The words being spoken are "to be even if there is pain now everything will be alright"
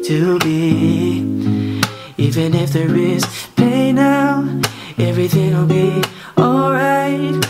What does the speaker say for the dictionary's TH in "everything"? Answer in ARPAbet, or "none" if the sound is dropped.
TH